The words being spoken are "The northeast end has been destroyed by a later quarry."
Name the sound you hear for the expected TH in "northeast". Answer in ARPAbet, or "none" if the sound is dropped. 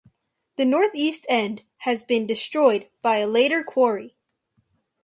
TH